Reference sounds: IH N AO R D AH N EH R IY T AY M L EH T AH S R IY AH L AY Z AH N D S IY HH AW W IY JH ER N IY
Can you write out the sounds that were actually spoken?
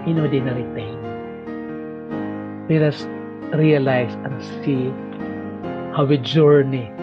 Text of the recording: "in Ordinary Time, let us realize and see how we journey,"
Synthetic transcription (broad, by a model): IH N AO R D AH N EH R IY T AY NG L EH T AH S R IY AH L AY S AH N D S IY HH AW W IY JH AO N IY